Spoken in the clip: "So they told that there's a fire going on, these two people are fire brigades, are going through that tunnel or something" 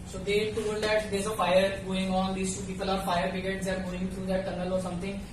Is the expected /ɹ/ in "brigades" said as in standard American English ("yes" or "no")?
no